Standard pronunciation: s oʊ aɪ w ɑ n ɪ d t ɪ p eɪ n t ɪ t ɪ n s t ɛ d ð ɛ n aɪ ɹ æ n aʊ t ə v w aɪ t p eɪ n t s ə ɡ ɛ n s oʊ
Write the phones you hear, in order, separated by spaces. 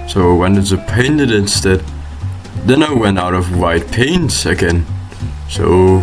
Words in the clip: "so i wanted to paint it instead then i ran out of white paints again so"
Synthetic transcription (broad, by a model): s oʊ aɪ w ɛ n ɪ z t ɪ p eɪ n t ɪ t ɪ n s t ɛ d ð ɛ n aɪ w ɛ n aʊ t ə v w aɪ t p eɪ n s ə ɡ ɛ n s oʊ